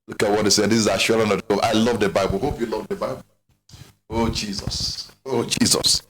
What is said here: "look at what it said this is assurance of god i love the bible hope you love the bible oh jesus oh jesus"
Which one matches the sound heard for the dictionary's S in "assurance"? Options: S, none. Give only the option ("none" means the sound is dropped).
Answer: none